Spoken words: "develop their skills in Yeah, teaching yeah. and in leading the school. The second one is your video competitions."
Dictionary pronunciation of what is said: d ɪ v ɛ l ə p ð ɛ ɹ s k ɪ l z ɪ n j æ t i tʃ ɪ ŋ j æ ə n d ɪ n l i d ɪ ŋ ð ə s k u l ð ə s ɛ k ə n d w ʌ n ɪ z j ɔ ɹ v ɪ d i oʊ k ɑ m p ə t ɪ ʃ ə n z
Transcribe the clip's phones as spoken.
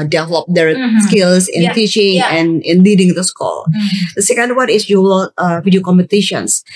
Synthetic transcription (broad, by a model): d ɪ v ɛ l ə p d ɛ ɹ s k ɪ l s ɪ n t i tʃ ɪ ŋ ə n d ɪ n l i d ɪ ŋ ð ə s k u l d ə s ɛ k ə n d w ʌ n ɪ s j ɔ l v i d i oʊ k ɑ m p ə t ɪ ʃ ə n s